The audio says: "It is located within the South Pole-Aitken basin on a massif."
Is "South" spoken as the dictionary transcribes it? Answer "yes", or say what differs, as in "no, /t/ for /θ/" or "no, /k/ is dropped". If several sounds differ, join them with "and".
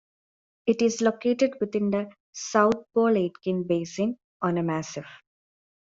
no, /t/ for /θ/